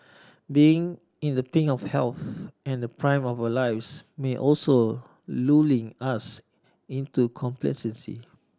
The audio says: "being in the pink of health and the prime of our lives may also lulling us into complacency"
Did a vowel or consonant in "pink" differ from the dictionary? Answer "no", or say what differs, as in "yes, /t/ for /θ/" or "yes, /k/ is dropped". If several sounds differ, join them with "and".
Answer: yes, /k/ is dropped